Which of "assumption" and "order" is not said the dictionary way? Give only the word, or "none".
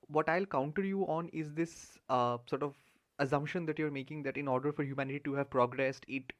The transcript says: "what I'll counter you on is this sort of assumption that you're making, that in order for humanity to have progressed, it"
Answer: none